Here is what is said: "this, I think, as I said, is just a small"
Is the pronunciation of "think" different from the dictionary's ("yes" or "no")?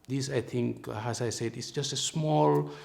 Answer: yes